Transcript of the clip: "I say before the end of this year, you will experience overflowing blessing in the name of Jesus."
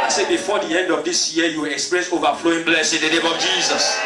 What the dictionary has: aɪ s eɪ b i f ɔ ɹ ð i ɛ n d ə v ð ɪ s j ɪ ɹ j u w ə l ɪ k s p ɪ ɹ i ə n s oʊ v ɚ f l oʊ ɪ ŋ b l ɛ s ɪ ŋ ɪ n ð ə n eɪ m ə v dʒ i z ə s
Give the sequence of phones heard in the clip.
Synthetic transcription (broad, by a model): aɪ s eɪ b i f ɔ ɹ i ɛ n d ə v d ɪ s j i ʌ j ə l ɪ k s p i ɹ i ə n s oʊ v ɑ f l oʊ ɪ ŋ b l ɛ s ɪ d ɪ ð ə n eɪ m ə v dʒ i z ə s